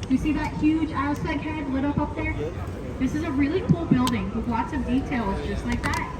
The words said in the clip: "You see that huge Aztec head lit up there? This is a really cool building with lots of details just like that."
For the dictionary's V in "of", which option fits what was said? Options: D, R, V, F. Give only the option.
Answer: V